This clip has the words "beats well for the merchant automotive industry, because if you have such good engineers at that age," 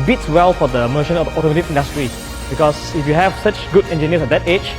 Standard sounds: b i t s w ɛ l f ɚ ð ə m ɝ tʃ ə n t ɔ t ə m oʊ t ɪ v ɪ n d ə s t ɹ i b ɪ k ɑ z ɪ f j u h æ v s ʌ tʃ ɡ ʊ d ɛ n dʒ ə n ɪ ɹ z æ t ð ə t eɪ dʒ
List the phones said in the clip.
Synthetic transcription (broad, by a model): b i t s w ɛ l f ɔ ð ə m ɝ ʃ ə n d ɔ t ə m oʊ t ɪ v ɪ n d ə s t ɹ i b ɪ k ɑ s ɪ f j u h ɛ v s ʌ tʃ ɡ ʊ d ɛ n dʒ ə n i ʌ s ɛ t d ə t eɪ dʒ